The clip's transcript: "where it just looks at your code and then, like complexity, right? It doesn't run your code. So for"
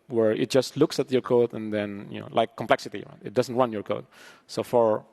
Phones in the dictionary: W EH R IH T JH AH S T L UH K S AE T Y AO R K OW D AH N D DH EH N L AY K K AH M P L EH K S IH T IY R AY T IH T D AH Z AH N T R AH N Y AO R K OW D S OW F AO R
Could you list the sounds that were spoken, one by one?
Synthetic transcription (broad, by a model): W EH R IH T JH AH S T L UH K S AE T Y AO R K OW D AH N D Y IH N L AY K K AH M P L EH K S IH T IY R AY T IH T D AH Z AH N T W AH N Y AO R K OW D S OW F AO R